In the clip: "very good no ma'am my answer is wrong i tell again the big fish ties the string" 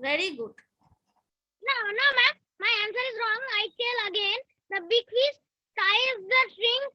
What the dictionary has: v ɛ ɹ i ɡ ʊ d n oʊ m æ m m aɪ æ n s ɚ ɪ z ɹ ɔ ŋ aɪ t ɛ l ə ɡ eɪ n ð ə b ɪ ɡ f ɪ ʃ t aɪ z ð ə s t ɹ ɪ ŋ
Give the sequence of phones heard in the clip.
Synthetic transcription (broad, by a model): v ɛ ɹ i ɡ ʊ d n oʊ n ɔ m m aɪ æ n s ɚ ɪ z ɹ ɔ ŋ aɪ t ɛ l ə ɡ eɪ n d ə b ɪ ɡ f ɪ s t aɪ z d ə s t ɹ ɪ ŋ